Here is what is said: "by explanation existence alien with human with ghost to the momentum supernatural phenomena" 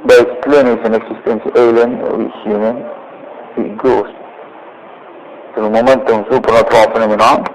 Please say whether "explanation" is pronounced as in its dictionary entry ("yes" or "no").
no